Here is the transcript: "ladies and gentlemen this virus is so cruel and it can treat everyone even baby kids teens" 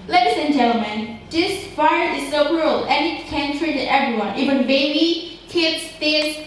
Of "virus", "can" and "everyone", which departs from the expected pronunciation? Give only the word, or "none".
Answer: virus